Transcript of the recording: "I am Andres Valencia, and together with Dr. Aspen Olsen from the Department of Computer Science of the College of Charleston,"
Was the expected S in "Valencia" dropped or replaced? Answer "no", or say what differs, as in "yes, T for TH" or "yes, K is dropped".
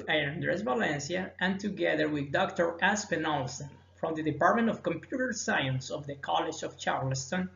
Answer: no